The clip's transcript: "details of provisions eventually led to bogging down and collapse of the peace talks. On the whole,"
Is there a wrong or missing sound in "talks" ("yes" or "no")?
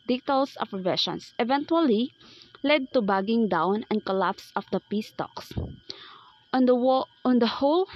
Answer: no